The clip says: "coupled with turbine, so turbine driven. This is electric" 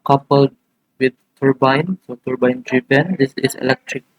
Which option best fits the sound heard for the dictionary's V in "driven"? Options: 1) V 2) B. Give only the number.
2